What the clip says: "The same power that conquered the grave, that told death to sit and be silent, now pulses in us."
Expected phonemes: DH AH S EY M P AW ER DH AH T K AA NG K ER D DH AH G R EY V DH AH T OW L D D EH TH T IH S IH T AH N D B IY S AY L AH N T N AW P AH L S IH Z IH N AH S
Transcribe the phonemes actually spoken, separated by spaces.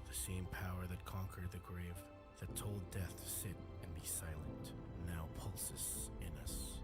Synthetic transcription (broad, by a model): DH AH S EY M P AW ER DH AH T K AA NG K ER D DH AH G R EY V DH AH T OW L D D EH TH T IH S IH T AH N B IY S AY L AH N T N AW P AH L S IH S IH N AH S